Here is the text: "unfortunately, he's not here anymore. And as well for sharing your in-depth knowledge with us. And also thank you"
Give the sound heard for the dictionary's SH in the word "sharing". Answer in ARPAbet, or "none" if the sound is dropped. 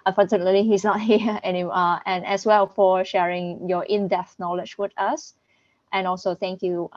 SH